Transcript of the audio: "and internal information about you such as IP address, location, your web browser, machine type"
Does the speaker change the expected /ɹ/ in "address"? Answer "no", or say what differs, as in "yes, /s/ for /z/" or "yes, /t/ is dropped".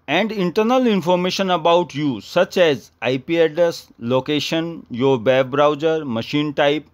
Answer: yes, /ɹ/ is dropped